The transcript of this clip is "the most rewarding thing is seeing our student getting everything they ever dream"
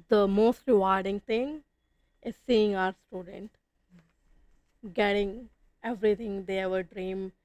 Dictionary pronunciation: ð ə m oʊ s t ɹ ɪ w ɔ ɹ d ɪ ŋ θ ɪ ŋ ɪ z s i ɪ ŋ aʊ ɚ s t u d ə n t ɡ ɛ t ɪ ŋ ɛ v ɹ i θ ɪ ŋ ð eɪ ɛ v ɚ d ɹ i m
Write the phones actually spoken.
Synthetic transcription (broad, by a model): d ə m oʊ s t ɹ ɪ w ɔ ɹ d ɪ ŋ t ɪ ŋ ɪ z s i ɪ ŋ aʊ ɚ s t u d ə n t ɡ ɛ t ɪ ŋ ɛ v ɹ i t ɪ ŋ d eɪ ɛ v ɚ d ɹ i m